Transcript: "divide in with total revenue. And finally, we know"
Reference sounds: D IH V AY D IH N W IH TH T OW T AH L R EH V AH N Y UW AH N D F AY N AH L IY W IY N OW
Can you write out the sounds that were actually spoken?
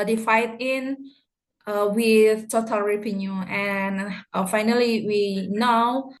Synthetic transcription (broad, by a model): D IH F AY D IH N W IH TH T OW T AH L R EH P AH N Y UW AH N F AY N AH L IY W IY N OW